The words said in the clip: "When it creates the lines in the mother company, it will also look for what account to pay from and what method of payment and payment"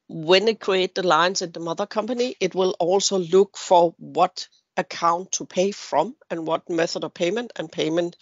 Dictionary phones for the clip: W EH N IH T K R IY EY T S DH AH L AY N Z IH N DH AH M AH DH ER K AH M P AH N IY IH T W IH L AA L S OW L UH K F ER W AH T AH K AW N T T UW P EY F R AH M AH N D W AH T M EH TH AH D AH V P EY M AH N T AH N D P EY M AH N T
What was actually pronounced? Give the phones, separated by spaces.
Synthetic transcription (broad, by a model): W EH N IH T K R IY EY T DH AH L AY N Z IH N DH AH M AH DH ER K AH M P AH N IY IH T W IH L AA L S OW L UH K F ER W AH T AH K AW N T T UW P EY F R AH M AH N W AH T M EH TH AH D AH V P EY M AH N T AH N P EY M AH N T